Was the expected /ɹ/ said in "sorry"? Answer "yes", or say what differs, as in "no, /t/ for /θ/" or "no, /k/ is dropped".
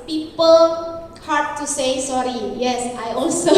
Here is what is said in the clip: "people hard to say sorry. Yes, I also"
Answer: yes